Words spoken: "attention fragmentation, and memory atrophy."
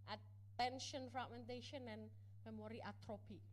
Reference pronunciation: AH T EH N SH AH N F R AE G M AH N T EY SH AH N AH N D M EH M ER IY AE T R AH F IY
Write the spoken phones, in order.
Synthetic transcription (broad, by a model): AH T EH N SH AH N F AA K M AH N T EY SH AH N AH N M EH M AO IY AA T R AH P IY